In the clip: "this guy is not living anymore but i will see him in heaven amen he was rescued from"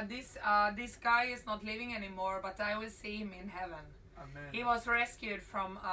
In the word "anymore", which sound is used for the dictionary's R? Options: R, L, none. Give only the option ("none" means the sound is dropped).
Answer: R